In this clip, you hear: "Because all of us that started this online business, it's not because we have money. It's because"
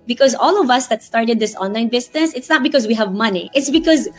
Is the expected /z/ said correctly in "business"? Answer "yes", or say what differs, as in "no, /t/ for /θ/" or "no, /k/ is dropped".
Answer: no, /s/ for /z/